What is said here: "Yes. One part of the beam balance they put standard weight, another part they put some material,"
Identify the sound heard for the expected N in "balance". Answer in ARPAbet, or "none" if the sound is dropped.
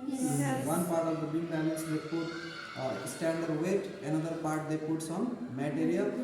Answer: none